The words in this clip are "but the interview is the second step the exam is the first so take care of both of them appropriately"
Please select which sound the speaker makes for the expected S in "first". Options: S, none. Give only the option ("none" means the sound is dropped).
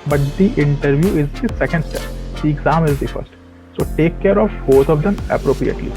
S